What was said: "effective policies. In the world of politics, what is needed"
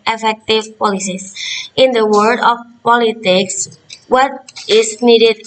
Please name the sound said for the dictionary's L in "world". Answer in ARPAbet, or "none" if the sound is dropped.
none